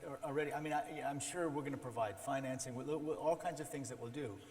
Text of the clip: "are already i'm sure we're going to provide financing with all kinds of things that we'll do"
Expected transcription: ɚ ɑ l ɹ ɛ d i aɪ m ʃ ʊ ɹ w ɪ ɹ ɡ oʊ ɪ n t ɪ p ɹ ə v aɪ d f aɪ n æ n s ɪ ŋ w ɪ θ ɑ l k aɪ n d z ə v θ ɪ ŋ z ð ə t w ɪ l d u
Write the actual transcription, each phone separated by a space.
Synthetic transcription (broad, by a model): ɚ l ɹ ɛ d i aɪ m ʃ ʊ ɹ w ɪ ɹ ɡ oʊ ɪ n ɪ p ɹ ə v aɪ d f aɪ n æ n s ɪ ŋ w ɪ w ɑ l k aɪ n d z ə v θ ɪ ŋ z ð ə t w ɪ l d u